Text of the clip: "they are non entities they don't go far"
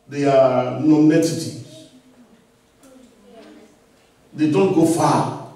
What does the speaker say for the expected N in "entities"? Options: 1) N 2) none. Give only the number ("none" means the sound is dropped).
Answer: 2